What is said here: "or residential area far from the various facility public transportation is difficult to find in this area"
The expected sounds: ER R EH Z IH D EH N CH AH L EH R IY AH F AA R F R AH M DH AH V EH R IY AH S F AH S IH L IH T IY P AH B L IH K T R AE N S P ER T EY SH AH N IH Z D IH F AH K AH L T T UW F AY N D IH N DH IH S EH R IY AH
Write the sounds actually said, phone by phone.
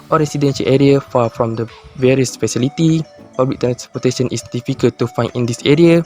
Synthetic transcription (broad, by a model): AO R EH S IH D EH N SH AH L EH R IY AH F AA F R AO M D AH V EH R IY AH S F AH S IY L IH T IY P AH B L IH K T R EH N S P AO T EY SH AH N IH S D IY F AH K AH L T T UW F AY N IH N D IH S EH R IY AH